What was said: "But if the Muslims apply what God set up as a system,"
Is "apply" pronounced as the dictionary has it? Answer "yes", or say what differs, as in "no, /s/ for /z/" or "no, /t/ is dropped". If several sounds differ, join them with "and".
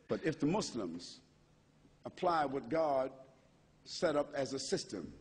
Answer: yes